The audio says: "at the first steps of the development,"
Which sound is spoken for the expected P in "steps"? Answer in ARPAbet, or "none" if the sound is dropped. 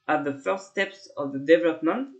P